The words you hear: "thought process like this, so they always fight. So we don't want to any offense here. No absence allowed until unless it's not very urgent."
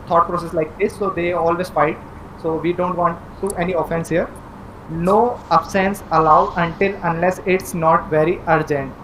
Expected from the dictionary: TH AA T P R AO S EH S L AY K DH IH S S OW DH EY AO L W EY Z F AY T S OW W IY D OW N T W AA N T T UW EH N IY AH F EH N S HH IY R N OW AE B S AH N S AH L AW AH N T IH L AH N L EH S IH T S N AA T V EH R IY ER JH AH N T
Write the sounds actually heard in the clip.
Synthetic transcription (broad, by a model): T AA T P R AO S EH S L AY K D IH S S OW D EY AO L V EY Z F AY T S OW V IY D OW N T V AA N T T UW EH N IY AH F EH N S HH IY R N OW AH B S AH N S AH L AW AH N T IH L AH N L EH S IH T S N AA T V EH R IY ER JH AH N T